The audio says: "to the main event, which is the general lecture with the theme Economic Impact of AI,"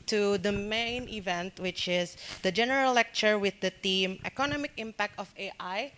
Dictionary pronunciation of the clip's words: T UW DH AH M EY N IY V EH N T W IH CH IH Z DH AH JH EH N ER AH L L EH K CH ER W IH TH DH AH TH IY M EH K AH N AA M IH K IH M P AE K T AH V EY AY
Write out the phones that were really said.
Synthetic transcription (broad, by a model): T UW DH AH M EY N IY V EH N T W IH CH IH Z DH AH JH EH N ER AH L L EH K CH ER W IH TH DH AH T IY M EH K AH N AA M IH K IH M P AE K T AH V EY AY